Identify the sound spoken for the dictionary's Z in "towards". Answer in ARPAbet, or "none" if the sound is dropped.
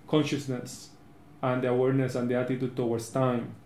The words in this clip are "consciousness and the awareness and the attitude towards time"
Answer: S